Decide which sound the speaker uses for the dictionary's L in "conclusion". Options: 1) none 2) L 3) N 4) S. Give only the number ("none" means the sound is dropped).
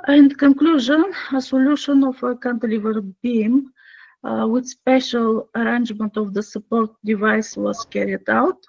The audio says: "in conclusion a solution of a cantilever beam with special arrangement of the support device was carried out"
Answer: 2